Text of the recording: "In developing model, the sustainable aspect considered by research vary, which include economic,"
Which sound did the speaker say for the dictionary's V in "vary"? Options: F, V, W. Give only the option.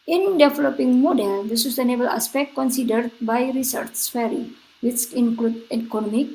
F